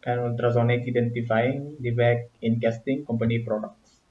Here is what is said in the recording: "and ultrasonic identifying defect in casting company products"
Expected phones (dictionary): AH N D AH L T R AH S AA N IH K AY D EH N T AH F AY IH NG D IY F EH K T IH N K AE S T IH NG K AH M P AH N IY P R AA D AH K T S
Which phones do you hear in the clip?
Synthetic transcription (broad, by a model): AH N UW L T R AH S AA N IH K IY D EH N T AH F AY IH NG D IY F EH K IH N K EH S T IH NG K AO M P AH N IY P R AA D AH K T S